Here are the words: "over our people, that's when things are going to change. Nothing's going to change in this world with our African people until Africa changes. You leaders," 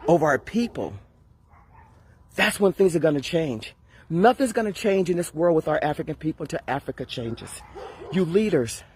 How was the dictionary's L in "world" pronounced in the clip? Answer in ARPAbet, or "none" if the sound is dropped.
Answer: L